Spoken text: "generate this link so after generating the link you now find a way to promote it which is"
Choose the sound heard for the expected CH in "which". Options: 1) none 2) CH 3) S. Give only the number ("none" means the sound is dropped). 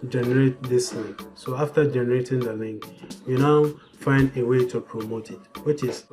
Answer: 2